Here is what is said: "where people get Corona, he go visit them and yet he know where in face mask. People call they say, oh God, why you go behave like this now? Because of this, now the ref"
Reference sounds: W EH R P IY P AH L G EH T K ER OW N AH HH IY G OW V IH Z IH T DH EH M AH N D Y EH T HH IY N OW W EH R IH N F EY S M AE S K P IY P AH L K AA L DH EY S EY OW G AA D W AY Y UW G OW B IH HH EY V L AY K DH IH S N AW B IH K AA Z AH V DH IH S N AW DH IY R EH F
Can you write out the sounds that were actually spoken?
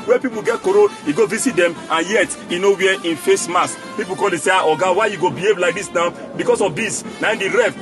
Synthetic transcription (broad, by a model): W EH P IY P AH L G EH T K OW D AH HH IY G OW V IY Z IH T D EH M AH N Y EH T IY N OW W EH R IH N F EY S M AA S P IY P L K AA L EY S EY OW G AA W AY Y UW G OW B IH HH EY V L AY K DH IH S N AW B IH K AA S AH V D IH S N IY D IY R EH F